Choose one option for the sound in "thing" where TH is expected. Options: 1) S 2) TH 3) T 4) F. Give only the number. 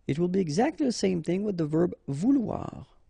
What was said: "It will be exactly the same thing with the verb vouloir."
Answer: 2